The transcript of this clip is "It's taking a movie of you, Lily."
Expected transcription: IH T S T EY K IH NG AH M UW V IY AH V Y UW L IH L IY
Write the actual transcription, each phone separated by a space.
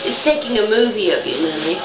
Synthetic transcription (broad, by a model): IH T S T EY K IH NG AH M UW V IY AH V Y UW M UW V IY